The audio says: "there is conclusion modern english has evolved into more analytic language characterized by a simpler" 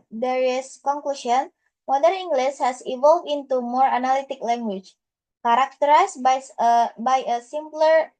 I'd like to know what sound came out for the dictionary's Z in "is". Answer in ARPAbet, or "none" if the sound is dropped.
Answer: S